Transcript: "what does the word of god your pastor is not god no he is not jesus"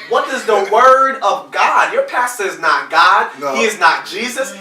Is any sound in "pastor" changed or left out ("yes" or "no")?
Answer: no